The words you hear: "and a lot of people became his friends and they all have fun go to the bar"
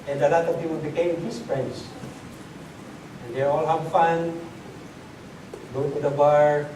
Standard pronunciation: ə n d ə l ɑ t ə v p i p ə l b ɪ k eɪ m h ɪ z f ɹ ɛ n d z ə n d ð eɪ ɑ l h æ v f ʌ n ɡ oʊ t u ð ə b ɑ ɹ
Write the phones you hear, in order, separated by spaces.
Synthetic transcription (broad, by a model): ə n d ə l ɑ t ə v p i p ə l b ɪ k eɪ m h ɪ s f ɹ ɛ n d s ə n d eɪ ɑ l h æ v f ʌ n ɡ oʊ t u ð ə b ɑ ɹ